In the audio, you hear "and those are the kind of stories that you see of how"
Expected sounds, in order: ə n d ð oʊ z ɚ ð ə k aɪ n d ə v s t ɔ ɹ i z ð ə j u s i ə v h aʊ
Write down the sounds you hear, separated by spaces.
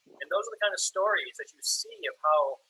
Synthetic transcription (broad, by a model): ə n ð oʊ z ɚ ð ə k aɪ n d ə v s t ɔ ɹ i z ð ə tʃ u s i ə v h aʊ